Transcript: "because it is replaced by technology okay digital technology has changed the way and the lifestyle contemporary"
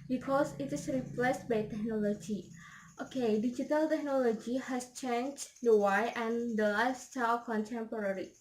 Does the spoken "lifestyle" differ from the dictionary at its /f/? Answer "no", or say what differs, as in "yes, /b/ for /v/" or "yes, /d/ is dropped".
yes, /f/ is dropped